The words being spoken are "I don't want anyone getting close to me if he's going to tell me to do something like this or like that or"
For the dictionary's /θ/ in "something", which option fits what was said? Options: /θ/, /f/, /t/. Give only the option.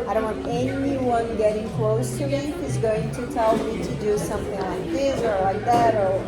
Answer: /θ/